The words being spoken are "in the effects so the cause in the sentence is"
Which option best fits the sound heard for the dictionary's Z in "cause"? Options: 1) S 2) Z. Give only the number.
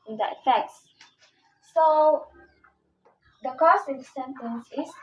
1